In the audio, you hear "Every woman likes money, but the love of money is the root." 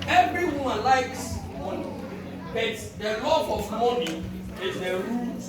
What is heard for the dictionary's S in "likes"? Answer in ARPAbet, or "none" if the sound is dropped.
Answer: S